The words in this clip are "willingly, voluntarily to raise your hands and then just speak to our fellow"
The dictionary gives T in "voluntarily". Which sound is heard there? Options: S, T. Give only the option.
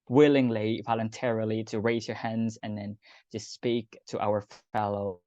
T